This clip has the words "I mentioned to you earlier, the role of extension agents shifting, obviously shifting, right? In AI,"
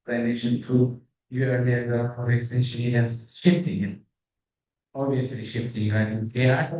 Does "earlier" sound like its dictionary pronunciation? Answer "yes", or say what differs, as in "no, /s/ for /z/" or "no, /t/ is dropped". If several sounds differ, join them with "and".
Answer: no, /n/ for /l/